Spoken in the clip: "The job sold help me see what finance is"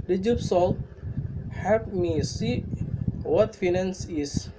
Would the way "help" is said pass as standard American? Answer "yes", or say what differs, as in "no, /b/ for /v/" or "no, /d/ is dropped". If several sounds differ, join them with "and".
no, /l/ is dropped